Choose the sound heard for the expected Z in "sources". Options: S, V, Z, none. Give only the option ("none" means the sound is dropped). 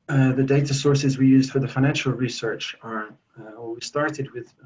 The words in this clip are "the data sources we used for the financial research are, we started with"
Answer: Z